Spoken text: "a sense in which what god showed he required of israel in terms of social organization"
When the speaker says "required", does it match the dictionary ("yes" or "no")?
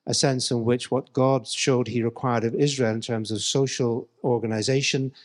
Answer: yes